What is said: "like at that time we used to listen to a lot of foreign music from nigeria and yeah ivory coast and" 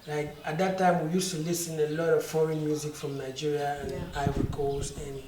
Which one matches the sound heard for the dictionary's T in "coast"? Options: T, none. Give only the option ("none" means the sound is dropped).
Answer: none